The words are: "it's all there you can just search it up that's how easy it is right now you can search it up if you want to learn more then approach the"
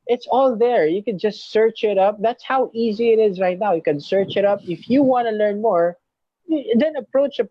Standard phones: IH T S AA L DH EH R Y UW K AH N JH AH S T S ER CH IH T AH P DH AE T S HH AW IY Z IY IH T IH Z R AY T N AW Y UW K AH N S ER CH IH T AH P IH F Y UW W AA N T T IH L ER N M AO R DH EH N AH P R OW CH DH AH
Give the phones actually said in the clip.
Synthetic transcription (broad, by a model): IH T S AA L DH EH R Y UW K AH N JH AH S T S ER CH IH T AH P DH AE T S HH AW IY Z IY IH T IH Z R AY T N AW Y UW K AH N S ER CH IH T AH P IH F Y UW W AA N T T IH L ER N M AO R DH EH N AH P R OW CH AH